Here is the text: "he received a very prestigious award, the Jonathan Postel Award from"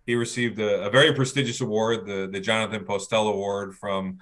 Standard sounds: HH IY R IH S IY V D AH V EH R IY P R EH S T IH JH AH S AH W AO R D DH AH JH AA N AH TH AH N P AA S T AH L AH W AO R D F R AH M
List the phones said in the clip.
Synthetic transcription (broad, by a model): HH IY R IH S IY V D AH V EH R IY P R EH S T IH JH AH S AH W AO R D DH AH JH AA N AH TH AH N P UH S T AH L AH W AO R D F R AH M